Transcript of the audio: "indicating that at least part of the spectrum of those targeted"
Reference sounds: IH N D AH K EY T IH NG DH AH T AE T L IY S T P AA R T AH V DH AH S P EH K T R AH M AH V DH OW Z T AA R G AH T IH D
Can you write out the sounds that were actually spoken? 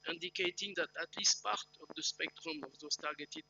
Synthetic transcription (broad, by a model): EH N D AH K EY T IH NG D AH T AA T L IY S T P AA R T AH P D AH S P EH K T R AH M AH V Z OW S T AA R G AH T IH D